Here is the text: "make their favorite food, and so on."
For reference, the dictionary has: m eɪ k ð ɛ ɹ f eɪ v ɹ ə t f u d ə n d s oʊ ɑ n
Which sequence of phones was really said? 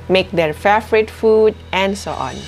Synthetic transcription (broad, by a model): m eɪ k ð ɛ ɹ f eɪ f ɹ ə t f u d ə n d s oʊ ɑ n